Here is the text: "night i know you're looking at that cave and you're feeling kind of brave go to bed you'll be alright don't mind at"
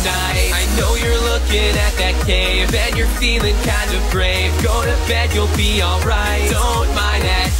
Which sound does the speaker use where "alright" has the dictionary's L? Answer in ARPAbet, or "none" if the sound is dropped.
L